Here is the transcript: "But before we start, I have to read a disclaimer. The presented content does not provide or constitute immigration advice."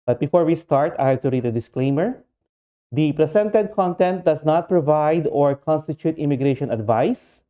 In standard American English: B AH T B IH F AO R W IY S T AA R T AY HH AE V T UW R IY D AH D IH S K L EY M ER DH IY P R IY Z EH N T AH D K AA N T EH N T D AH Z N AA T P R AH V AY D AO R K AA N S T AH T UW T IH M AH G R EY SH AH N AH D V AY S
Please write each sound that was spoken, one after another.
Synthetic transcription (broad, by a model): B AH T B IH F AO R W IY S T AA R T AY HH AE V T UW R IY D AH D IH S K L EY M ER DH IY P R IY S EH N T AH D K AA N T EH N T D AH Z N AA T P R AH V AY D AO R K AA N S T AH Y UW T IH M AH G R EY SH AH N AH D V AY S